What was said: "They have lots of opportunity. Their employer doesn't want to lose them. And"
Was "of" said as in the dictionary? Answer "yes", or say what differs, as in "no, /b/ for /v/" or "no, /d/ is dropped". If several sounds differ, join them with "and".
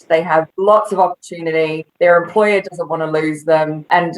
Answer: yes